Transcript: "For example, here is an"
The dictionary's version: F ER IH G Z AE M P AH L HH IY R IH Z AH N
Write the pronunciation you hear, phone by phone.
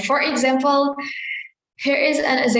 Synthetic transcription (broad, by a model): F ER IH G Z AE M P AH L HH IY R IH Z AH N